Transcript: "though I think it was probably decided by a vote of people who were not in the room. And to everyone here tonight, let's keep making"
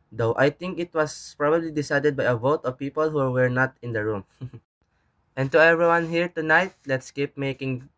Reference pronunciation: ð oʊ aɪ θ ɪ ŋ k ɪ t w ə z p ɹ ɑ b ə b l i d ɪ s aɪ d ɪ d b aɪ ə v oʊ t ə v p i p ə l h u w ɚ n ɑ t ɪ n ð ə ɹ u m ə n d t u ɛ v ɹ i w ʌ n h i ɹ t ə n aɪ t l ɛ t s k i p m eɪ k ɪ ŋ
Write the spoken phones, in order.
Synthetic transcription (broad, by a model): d oʊ aɪ t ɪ ŋ k ɪ t w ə s p ɹ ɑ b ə b l i d ɪ s aɪ d ɪ d b aɪ ə v oʊ t ə v p i p ə l h u w ɚ n ɑ t ɪ n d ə ɹ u m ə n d t u ɛ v ɹ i w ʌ n h i ɹ t ə n aɪ t l ɛ t s k i p m eɪ k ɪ ŋ